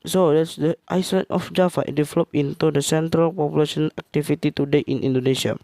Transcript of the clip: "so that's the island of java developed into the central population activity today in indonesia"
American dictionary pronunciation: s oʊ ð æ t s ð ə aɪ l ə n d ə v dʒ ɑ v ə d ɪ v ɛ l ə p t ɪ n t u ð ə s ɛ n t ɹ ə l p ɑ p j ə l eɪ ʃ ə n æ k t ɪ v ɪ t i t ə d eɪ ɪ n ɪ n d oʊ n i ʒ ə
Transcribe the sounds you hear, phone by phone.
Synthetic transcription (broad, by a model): s oʊ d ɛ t s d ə aɪ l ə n ə f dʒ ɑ f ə d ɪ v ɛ l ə p ɪ n t u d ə s ɛ n t ɹ ə l p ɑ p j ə l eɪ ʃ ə n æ k t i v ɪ t i t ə d eɪ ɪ n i n d oʊ n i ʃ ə